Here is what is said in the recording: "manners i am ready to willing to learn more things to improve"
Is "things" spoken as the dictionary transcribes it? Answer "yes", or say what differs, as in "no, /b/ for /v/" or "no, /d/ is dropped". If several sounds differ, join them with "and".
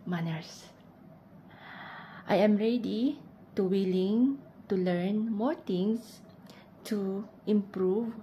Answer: no, /t/ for /θ/ and /s/ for /z/